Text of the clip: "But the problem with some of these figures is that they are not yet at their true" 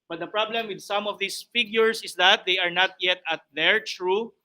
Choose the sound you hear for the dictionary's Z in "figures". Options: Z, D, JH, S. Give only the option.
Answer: S